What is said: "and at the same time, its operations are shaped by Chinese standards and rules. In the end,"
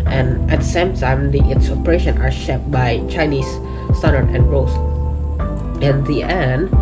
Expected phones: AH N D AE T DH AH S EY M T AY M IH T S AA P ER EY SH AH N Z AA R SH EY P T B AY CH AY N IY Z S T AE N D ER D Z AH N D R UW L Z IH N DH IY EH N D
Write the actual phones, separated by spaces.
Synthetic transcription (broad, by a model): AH N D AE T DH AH S EY M T AY M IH T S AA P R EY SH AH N AA R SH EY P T B AY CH AY N IY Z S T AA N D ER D AH N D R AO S IH N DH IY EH N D